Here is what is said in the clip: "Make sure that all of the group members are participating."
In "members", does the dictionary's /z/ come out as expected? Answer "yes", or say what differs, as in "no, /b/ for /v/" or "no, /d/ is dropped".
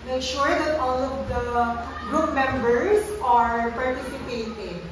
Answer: no, /s/ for /z/